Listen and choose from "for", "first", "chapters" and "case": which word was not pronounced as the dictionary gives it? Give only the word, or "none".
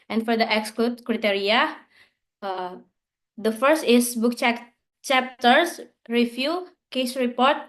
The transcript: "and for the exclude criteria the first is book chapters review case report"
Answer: chapters